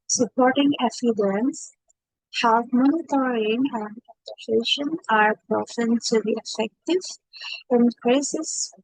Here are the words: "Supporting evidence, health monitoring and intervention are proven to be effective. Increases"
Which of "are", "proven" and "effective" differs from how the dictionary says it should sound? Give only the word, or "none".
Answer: proven